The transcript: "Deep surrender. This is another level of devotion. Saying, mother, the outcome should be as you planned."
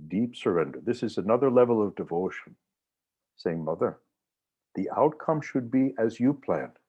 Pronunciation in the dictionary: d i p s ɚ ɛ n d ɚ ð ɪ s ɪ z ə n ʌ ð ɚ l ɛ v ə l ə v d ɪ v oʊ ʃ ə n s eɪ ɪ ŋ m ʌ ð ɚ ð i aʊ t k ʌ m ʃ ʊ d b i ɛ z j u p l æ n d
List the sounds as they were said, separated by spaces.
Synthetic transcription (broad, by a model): d i p s ɚ ɛ n d ɚ ð ɪ s ɪ z ə n ʌ ð ɚ l ɛ v l ə v d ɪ v oʊ ʃ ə n s eɪ ɪ ŋ m ʌ ð ɚ ð i aʊ t k ʌ m ʃ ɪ d b i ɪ z j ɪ p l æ n